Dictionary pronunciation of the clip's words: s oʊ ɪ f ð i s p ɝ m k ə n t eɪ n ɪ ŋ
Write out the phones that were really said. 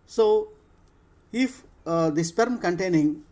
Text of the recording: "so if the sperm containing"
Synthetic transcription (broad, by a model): s oʊ ɪ f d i s p ɝ m k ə n t eɪ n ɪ ŋ